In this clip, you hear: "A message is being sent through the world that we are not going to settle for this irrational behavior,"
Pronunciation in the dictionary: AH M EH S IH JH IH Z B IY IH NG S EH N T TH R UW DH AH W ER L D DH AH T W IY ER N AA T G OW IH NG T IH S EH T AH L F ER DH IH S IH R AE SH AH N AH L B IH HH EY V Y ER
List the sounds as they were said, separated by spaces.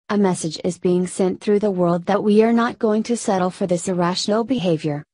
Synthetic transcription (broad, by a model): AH M EH S IH JH IH Z B IY IH NG S EH N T TH R UW DH AH W ER L D DH AH T W IY ER N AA T G OW IH NG T IH S EH T L F ER DH IH S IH R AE SH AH N L B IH HH EY V Y ER